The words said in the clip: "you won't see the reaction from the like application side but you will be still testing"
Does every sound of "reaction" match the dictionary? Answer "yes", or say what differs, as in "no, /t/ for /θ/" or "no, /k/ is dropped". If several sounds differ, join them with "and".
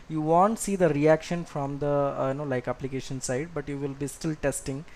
yes